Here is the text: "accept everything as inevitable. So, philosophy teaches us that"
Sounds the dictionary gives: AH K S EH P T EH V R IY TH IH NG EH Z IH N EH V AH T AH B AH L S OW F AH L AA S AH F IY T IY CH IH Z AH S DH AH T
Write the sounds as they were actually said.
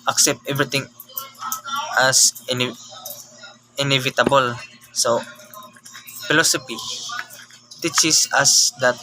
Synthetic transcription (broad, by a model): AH K S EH P T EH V R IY T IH NG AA S IH N EH V AH T AH B AH L S OW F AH L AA S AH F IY T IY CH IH S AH S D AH T